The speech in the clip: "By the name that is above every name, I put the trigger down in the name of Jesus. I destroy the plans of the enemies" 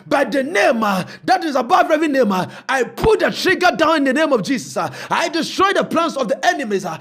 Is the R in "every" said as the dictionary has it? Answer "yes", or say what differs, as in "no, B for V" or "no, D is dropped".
no, R is dropped